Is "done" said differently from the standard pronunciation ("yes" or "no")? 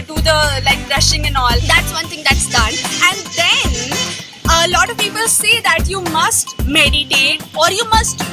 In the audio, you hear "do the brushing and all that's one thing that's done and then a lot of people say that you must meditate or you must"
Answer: no